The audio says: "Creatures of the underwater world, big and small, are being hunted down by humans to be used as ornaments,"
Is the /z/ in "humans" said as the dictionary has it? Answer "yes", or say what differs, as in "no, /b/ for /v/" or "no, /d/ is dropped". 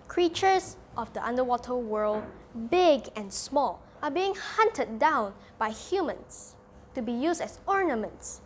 no, /s/ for /z/